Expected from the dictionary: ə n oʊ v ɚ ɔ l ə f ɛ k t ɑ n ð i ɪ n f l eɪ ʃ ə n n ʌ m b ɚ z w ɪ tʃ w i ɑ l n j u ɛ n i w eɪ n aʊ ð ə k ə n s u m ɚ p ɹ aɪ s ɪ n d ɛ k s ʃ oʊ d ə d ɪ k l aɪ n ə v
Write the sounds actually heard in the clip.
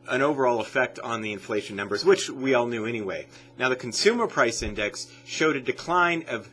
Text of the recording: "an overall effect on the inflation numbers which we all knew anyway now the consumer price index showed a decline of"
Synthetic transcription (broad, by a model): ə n oʊ v ɚ ɔ l ə f ɛ k t n ð i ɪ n f l eɪ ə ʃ n ʌ m b ɚ z w ɪ tʃ w i ɑ l n j u ɛ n i w eɪ n aʊ ð ə k n s u m ɚ p ɹ aɪ s ɪ n d ɛ k s ʃ oʊ d ə d ɪ k l aɪ n ə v